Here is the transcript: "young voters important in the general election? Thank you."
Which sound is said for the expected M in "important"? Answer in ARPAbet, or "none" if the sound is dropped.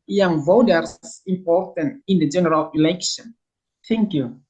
M